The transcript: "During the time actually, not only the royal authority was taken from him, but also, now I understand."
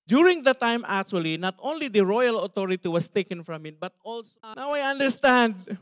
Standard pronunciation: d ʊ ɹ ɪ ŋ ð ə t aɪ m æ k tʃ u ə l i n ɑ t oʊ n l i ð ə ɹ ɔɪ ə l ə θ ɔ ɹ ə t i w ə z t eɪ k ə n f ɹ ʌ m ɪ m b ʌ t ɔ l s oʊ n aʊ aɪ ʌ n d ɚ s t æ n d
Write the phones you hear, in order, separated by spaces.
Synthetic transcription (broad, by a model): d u ɹ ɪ ŋ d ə t aɪ m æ k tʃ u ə l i n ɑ t oʊ n l i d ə ɹ ɔɪ ə l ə t ɔ ɹ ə t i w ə s t eɪ k ə n f ɹ ʌ m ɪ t b ʌ t ɔ l s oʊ n aʊ aɪ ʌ n d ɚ s t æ n d